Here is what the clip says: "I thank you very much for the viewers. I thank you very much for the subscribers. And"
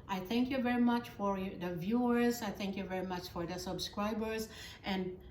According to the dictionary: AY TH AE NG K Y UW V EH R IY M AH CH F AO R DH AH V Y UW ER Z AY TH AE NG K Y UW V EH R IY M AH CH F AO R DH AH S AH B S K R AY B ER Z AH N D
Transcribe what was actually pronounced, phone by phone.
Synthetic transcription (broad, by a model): AY TH AE NG K Y UW V EH R IY M AH CH F AO R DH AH V Y UW ER Z AY TH AE NG K Y UW V EH R IY M AH CH F AO R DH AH S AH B S K R AY B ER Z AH N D